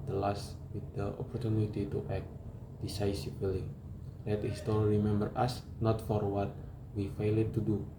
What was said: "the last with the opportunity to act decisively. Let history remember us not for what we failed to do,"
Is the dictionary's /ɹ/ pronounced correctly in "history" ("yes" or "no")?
no